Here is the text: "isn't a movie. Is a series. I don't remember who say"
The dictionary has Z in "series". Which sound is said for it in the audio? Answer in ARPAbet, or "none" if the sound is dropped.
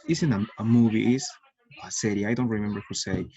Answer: none